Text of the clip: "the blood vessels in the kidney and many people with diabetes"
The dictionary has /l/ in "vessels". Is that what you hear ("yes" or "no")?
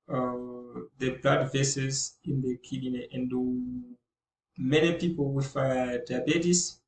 no